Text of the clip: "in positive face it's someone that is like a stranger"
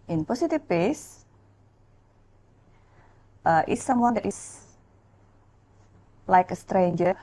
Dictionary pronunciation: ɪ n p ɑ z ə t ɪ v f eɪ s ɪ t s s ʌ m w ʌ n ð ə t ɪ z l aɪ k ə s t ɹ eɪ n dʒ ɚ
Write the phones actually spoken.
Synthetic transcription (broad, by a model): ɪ n p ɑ s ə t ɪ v p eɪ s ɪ t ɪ s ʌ m w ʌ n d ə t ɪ s l aɪ k ə s t ɹ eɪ n dʒ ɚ